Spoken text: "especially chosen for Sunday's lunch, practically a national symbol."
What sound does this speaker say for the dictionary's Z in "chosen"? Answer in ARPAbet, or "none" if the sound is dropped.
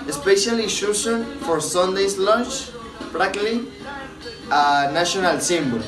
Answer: S